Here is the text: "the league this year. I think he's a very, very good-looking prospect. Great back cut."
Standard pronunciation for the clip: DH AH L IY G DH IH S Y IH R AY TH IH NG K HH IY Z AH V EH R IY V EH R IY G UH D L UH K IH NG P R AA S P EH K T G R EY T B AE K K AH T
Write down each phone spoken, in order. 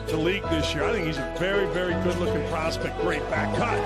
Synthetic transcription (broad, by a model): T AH L IY G DH IH S Y IH R AY TH IH NG K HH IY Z AH V EH R IY V EH R IY G UH D L UH K IH NG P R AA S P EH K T G R EY T B AE K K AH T